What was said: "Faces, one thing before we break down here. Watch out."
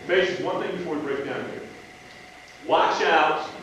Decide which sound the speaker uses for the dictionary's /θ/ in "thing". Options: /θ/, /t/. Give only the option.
/θ/